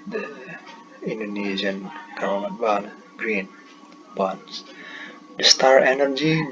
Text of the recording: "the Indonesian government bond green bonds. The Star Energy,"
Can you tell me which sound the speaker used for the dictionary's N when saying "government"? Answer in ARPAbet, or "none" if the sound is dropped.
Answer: none